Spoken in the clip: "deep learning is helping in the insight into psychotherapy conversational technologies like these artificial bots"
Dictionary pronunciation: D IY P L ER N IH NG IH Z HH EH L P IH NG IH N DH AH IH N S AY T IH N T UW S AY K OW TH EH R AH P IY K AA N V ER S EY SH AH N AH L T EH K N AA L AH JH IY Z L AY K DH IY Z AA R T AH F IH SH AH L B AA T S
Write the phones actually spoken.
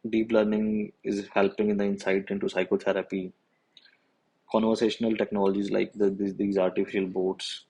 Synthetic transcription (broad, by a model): D IY P L ER N IH NG IH Z HH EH L P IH NG IH N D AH IH N S AY T IH N T UW S AY K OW T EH R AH P IY K AA N V ER S EY SH AH N AH L T EH K N AA L AH JH IY Z L AY K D IY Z AA R T AH F IH SH AH L B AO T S